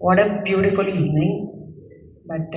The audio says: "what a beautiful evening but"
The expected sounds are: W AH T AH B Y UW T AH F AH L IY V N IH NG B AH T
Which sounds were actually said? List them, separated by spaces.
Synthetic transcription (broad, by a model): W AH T AH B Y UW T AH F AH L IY N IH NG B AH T